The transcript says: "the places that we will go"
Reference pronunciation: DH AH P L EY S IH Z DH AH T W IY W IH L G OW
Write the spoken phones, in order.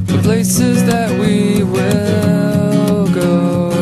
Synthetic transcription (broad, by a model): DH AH P L EY S IH Z DH AH T W IY W IH L G OW